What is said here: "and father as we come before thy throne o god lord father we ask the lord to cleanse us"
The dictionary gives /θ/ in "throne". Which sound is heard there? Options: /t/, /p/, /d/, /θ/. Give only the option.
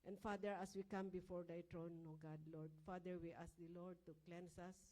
/t/